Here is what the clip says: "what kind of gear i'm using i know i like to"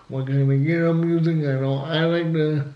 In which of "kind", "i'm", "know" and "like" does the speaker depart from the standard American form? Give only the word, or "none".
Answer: kind